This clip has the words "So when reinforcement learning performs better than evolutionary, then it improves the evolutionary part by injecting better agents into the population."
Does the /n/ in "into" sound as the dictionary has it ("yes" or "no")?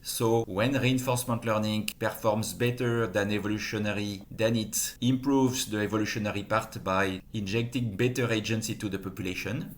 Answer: no